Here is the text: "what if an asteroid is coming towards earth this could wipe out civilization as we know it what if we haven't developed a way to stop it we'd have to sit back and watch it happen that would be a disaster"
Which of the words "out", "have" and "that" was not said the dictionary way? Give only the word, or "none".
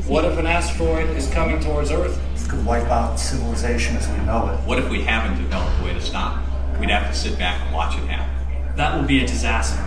have